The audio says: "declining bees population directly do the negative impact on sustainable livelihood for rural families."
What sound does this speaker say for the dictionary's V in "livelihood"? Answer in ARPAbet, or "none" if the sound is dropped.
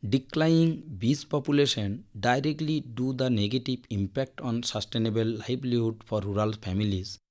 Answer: B